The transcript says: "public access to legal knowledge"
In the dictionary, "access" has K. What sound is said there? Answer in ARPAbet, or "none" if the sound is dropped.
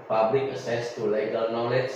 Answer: none